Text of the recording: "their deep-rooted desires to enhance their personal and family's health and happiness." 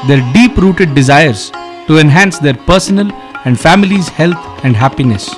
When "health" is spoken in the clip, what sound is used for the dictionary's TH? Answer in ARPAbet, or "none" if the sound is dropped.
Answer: T